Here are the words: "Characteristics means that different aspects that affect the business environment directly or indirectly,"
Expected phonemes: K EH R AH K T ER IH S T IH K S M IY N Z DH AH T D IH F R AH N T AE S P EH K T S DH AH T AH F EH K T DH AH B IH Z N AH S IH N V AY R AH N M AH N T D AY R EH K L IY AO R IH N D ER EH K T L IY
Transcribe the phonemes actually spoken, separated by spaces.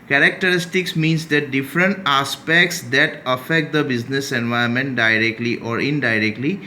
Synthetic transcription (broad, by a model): K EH R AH K T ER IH S T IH K S M IY N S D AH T D IH F R AH N T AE S P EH K T S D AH T AH F EH K T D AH B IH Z N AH S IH N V AY AH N M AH N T D AY R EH K L IY AO R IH N D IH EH K T L IY